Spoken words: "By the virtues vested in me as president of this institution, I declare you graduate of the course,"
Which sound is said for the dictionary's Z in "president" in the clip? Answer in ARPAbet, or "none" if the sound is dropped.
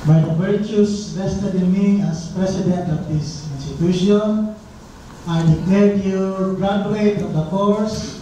S